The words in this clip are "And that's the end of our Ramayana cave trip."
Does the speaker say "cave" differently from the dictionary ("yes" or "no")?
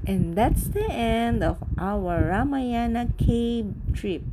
yes